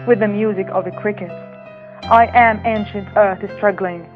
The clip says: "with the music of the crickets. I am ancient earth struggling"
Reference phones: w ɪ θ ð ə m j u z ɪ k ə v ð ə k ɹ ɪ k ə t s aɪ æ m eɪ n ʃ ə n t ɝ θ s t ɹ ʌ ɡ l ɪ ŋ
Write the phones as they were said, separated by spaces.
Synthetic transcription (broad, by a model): w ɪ ð ə m j u z ɪ k ə v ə k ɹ ɪ k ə t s aɪ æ m eɪ n ʃ ə n t ɝ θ s t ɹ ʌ ɡ l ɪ ŋ